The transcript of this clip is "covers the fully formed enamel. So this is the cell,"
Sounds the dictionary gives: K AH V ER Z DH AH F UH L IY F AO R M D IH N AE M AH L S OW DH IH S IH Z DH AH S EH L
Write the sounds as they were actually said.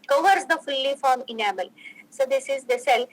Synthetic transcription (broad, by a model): K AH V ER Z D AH F UH L IY F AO R M IH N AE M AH L S OW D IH S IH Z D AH S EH L